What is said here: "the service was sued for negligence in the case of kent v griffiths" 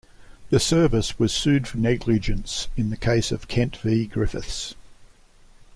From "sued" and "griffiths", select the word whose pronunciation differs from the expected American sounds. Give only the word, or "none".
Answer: none